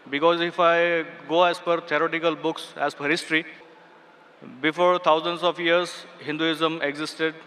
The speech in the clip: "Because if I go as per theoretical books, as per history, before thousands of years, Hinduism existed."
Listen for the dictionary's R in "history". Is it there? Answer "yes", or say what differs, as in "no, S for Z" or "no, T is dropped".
yes